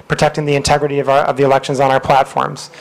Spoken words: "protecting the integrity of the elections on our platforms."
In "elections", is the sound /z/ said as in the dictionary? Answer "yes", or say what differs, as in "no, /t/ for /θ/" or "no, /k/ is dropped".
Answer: yes